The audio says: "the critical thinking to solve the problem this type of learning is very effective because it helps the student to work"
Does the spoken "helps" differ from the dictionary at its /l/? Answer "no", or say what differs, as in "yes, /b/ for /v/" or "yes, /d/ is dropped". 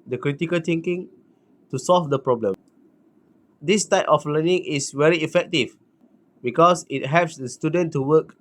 yes, /l/ is dropped